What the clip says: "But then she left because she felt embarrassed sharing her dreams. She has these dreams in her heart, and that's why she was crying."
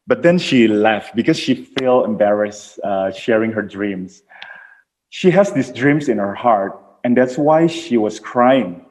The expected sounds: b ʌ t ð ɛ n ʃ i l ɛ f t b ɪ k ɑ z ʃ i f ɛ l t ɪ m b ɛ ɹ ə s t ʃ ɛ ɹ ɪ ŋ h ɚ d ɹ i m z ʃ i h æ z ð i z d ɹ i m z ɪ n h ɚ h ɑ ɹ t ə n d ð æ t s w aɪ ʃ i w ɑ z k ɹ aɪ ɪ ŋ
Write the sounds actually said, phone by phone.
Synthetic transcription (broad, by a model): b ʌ t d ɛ n ʃ i l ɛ f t b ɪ k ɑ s ʃ i f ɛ l ɪ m b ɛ ɹ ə s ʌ ʃ ɛ ɹ ɪ ŋ h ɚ d ɹ i m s ʃ i h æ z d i s d ɹ i m s ɪ n h ɚ h ɑ ɹ t ə n d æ t s w aɪ ʃ i w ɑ s k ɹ aɪ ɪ ŋ